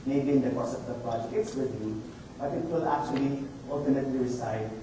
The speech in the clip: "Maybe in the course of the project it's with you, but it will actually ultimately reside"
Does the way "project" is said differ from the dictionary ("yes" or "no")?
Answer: yes